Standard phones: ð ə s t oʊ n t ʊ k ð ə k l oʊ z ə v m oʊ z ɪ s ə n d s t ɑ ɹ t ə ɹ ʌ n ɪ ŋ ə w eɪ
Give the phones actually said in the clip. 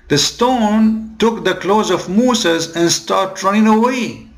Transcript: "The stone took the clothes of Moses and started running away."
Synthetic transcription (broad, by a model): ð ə s t oʊ n t ʊ k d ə k l oʊ z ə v m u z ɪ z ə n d s t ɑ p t ɹ ʌ n ɪ ŋ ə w eɪ